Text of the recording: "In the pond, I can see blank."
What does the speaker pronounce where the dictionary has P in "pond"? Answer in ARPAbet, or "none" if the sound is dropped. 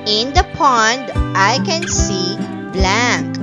P